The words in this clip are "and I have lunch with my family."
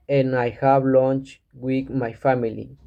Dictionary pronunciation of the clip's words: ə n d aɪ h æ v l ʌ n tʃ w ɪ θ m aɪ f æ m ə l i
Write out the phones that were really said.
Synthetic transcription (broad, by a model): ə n aɪ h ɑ b l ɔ n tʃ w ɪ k m aɪ f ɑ m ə l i